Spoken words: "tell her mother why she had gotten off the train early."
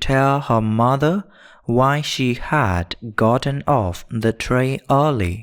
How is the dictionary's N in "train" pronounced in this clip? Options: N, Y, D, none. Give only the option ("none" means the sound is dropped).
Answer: none